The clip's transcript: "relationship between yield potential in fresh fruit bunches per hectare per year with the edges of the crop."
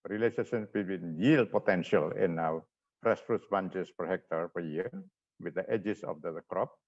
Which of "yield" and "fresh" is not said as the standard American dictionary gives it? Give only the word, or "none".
fresh